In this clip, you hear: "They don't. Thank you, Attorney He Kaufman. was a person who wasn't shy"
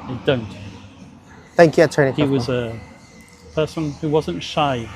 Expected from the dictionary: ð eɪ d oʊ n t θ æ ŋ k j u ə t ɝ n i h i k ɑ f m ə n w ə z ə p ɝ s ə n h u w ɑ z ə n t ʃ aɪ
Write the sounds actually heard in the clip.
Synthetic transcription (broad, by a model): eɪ d oʊ n t θ æ ŋ k j u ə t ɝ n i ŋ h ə w ə z ə p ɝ s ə n h u w ɑ z ə n t ʃ aɪ